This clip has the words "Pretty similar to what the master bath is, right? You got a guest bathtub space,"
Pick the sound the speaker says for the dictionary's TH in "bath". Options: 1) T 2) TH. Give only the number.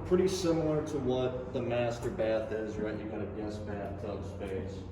2